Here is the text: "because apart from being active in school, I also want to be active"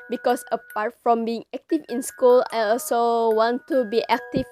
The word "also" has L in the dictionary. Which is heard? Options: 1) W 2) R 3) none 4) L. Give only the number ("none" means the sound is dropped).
4